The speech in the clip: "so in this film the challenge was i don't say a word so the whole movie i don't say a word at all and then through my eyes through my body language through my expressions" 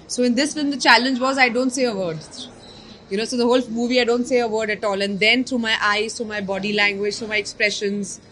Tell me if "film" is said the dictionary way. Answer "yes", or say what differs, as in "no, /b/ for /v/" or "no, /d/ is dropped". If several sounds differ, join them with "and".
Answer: no, /l/ is dropped